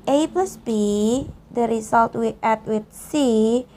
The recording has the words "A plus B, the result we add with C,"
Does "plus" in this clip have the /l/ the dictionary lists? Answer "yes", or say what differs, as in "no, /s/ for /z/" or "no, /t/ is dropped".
no, /l/ is dropped